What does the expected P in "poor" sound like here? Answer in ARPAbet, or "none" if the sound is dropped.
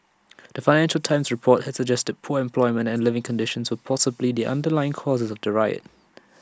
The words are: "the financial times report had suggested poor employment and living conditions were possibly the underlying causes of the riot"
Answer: P